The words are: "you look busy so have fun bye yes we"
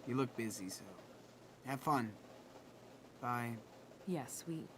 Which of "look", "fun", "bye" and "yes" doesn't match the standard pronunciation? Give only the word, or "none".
none